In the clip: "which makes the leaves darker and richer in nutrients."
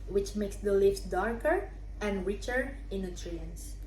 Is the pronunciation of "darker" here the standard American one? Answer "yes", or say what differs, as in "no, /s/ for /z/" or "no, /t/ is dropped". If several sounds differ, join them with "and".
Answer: yes